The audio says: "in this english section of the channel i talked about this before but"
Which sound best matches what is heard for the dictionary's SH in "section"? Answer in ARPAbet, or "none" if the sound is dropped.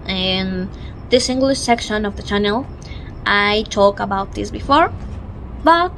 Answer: SH